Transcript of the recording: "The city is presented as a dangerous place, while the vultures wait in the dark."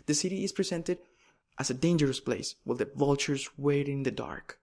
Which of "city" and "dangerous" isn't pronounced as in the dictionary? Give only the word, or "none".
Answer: none